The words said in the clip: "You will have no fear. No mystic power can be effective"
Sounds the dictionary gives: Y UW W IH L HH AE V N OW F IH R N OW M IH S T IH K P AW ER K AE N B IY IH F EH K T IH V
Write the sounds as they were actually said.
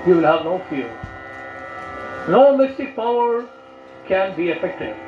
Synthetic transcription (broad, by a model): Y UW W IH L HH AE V N OW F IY L N OW M IH S T IH K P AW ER K AE N B IY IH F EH K T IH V